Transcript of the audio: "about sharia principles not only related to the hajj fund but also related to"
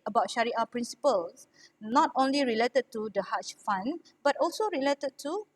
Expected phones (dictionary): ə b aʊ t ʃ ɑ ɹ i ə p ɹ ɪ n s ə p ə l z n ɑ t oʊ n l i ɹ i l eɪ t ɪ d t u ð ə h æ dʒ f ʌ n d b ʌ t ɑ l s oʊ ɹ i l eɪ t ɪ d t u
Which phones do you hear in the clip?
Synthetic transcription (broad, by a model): ə b aʊ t ʃ ɑ ɹ i ə p ɹ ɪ n s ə p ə l s n ɑ t oʊ n l i ɹ i l eɪ t ɪ d t u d ə h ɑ tʃ f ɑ n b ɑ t ɑ l s oʊ ɹ i l eɪ t ɪ d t u